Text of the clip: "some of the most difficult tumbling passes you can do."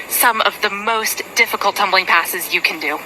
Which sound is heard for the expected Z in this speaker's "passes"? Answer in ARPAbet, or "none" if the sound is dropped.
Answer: Z